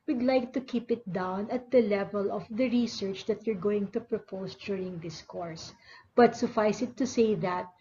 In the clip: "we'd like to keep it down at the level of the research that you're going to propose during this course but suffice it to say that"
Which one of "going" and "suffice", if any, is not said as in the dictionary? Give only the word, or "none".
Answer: none